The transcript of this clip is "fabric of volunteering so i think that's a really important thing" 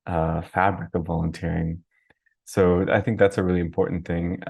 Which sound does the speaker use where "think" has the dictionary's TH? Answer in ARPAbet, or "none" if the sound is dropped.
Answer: TH